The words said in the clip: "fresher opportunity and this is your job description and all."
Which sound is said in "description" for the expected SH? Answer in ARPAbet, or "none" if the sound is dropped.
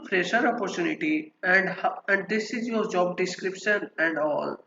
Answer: SH